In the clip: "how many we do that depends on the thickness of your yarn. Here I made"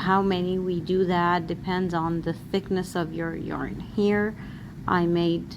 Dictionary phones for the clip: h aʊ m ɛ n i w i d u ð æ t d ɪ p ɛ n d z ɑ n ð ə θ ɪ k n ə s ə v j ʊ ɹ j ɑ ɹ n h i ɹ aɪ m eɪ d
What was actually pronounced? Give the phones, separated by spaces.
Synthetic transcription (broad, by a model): h aʊ m ɛ n i w i d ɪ ð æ t d ɪ p ɛ n d z n ð ə θ ɪ k n ə s ə v j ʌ ɹ j ɑ ɹ n h i ɹ aɪ m eɪ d